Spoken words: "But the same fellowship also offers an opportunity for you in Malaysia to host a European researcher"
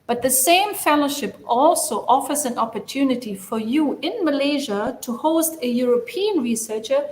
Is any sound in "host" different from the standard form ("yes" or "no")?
no